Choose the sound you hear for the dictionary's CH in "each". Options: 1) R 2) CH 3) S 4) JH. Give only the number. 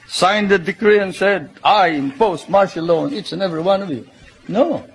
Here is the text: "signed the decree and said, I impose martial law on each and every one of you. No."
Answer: 3